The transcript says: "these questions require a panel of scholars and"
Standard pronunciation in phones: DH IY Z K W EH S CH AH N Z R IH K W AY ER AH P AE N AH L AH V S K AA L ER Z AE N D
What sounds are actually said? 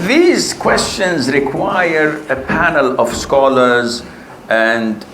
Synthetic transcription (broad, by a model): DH IY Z K W EH S CH AH N Z R IH K W AY ER AH P AE N AH L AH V S K AA L ER Z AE N D